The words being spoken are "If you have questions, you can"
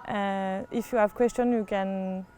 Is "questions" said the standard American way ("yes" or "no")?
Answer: no